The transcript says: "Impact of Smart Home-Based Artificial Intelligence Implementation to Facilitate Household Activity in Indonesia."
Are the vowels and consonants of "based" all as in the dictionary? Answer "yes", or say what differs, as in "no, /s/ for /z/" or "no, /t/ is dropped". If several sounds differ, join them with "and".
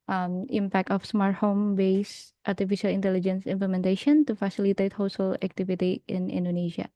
yes